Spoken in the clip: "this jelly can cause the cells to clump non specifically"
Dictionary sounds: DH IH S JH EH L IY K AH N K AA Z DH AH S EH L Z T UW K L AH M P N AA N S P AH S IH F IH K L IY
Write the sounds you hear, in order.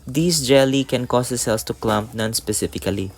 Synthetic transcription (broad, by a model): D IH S JH EH L IY K AH N K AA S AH S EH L S T UW K L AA M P N AA N S P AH S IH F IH K L IY